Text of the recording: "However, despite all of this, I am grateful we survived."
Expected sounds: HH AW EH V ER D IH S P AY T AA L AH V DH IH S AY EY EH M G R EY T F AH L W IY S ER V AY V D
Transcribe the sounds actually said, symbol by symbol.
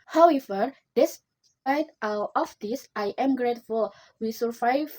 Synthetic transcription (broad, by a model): HH AW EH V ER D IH S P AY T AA W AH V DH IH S AY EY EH M G R EY T F AH L W IY S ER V AY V